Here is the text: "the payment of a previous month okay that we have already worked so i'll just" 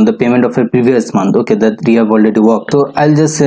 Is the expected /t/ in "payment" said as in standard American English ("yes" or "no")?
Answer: yes